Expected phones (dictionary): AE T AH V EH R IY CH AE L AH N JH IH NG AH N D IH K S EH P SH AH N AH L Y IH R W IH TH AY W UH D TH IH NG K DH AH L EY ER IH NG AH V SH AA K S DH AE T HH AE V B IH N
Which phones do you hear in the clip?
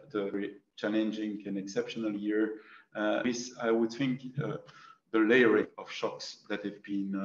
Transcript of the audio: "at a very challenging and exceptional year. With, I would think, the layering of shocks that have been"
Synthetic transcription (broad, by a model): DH AH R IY CH AE L AH N JH IH NG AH N IH K S EH P SH AH N AH L Y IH R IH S AY W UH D TH IH NG K DH AH L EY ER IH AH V SH AA K S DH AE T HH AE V B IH N